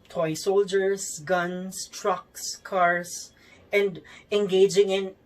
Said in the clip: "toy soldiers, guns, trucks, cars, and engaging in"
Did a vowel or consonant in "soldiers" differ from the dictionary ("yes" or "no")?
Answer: yes